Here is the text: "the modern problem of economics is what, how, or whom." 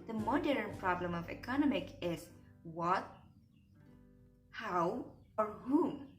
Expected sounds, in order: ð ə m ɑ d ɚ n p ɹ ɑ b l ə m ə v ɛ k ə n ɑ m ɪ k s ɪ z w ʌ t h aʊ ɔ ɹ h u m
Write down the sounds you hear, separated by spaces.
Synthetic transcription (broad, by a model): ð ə m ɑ d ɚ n p ɹ ɑ b l ə m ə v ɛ k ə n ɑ m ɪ k ɪ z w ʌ t h aʊ ɔ ɹ h u m